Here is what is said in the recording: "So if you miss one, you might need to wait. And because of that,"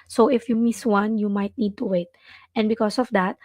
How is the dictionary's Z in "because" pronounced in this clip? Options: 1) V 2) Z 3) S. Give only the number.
3